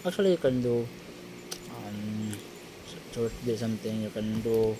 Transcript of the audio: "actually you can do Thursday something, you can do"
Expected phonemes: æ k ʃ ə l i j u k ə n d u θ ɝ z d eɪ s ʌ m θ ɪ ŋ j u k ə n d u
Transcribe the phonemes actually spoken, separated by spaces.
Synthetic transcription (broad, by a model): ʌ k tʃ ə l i j u k ə n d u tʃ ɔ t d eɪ s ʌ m t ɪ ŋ j u k ə n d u